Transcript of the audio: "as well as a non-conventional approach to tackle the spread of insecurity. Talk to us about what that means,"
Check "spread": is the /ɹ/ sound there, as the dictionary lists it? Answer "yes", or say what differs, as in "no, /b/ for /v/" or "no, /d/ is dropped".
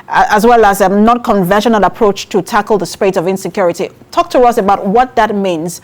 no, /ɹ/ is dropped